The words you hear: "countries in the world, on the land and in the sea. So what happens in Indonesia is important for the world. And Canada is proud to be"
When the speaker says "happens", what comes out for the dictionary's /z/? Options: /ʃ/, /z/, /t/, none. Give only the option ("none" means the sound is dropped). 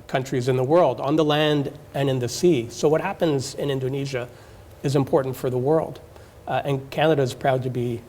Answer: /z/